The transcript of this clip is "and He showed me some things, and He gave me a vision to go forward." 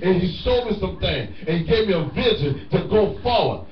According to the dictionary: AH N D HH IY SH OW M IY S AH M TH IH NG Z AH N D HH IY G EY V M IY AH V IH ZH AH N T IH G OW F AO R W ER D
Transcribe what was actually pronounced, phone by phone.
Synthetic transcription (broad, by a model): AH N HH IY S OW M IY S AH M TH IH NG AH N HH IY G EY V M IY AH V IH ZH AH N T IH G OW F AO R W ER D